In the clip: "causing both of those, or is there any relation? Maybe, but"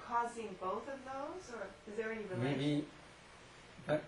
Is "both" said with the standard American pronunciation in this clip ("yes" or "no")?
yes